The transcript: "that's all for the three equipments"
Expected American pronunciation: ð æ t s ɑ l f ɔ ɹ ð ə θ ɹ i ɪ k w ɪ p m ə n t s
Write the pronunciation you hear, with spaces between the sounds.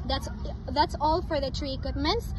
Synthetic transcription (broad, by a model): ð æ t s ɑ l f ɔ ɹ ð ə t ɹ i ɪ k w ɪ p m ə n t s